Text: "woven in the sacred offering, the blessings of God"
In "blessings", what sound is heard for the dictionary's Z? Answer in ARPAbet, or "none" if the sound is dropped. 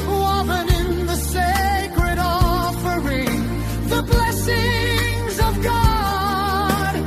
Z